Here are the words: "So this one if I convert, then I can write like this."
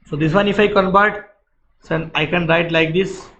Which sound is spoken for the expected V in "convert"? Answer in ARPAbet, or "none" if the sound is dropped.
B